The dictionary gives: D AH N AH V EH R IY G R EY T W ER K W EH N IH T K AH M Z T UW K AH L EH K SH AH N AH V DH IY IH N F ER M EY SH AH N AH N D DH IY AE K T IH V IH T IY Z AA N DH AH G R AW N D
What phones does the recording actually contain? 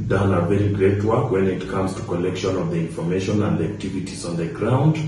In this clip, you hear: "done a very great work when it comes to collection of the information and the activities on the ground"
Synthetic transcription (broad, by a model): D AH N AH V EH R IY G R EY T W ER K W EH N IH T K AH M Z T UW K AH L EH K SH AH N AH V DH IY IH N F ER M EY SH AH N AH N D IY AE K T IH V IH T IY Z AA N DH AH G R AW N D